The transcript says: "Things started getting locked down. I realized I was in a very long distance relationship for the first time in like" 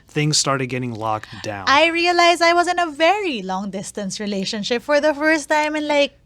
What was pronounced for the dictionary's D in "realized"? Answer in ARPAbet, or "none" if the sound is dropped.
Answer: none